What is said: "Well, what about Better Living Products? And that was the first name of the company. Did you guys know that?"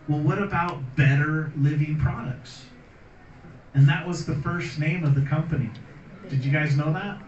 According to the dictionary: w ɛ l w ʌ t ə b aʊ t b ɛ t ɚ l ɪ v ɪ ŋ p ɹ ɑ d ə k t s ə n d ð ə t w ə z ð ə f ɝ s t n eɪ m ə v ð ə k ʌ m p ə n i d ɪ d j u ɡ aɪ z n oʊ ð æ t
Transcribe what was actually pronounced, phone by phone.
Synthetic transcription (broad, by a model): w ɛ l w ʌ t ə b aʊ t b ɛ t ɚ l ɪ v ɪ ŋ p ɹ ɑ d ə k t s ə n ð ə t w ə z ð ə f ɝ s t n eɪ m ə v ð ə k ʌ m p ə n i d ɪ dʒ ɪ ɡ aɪ z n oʊ ð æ t